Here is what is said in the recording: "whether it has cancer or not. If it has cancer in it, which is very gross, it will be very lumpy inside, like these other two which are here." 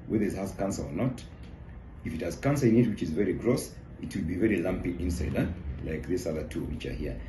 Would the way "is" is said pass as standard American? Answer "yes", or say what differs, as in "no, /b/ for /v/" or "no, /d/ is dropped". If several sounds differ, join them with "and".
yes